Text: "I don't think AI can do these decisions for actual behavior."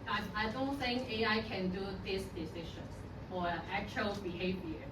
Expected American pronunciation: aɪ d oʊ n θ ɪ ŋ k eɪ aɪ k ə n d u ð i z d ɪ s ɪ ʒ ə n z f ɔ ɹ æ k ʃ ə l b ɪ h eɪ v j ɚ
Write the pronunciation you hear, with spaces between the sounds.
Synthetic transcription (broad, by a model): aɪ d oʊ n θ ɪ ŋ k eɪ aɪ k ə n d u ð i s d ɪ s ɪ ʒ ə n s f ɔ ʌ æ k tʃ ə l b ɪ h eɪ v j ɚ